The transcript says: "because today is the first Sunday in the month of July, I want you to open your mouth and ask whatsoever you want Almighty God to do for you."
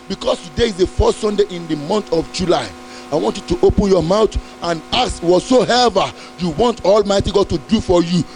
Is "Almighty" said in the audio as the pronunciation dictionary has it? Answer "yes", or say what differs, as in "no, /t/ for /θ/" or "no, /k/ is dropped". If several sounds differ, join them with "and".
yes